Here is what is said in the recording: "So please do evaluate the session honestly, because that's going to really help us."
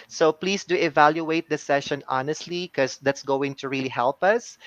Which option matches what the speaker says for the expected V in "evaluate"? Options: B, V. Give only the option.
V